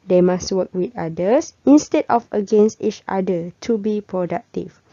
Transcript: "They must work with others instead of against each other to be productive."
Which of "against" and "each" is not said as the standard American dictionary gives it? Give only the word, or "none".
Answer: none